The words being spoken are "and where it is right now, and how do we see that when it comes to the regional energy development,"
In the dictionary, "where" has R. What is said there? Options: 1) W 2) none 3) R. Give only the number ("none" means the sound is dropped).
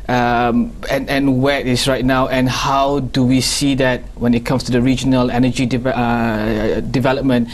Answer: 1